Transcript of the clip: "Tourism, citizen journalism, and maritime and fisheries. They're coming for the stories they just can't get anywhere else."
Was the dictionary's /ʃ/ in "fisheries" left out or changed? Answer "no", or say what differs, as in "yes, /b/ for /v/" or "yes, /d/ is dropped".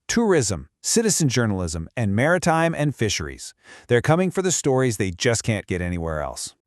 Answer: no